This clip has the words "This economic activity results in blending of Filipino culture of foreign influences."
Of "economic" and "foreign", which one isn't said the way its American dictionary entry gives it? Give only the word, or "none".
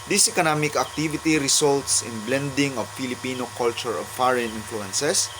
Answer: none